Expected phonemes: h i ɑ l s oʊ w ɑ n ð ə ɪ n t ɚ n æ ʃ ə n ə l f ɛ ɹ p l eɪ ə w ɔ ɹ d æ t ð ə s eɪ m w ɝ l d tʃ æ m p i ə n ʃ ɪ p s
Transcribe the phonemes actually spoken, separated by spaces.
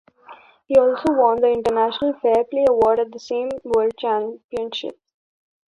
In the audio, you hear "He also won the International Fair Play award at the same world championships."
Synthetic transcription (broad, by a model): h i ɑ l s oʊ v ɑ n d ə ɪ n t ɚ n æ ʃ ə n ə l f ɛ ɹ p l eɪ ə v ɔ ɹ d æ t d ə s eɪ m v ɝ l d tʃ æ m p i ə n ʃ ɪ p